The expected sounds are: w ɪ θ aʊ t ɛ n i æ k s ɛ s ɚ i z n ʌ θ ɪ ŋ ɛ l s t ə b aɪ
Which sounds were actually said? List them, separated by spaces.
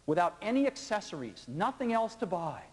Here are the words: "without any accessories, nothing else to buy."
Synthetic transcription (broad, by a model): w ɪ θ aʊ t ɛ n i æ k s ɛ s ɚ i z n ʌ θ ɪ ŋ ɛ l s t ə b aɪ